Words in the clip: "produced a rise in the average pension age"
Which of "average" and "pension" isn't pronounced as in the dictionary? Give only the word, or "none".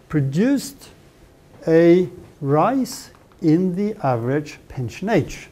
none